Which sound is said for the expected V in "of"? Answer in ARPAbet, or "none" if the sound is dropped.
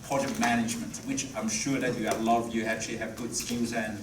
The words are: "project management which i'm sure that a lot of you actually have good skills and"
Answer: V